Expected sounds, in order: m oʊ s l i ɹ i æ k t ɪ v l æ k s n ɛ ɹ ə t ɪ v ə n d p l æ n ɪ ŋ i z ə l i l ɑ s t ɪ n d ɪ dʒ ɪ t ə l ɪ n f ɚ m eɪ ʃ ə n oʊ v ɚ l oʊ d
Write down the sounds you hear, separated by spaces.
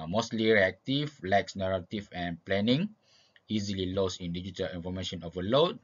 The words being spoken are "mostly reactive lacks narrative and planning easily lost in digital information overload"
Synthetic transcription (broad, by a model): m oʊ s l i ɹ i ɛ k t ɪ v l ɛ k s n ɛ ɹ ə t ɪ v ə n p l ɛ n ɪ ŋ i z ə l i l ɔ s ɪ n d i dʒ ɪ t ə l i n f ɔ m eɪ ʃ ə n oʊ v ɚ l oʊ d